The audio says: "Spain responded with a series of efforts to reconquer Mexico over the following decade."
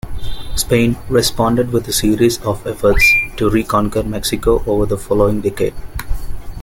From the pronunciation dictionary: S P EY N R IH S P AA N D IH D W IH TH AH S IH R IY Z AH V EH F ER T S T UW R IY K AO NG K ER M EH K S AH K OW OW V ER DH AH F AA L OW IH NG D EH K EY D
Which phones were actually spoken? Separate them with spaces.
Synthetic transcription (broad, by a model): S P EY N R IH S P AA N D IH D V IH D AH S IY R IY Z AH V EH F ER T S T UW R IY K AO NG K ER M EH K S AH K OW OW V ER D AH F AA L OW IH NG D EH K EY D